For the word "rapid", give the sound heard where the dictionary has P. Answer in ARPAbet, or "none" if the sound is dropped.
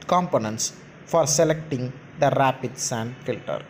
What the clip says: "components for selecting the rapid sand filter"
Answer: P